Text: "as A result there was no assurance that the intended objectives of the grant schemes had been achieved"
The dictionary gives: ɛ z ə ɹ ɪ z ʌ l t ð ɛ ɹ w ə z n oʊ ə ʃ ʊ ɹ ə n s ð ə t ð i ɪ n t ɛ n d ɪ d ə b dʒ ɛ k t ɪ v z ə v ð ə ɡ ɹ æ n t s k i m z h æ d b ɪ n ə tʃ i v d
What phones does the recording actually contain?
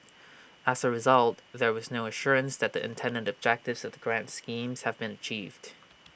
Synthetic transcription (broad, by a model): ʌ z ə ɹ ɪ z ʌ l t ð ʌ ɹ w ə z n oʊ ə ʃ ʊ ɹ ə n s ð ə t ð i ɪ n t ɛ n d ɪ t ə b dʒ ɛ k t ɪ v z ə v ð ə ɡ ɹ æ n t s k i m z h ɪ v b ɪ n ə tʃ i v d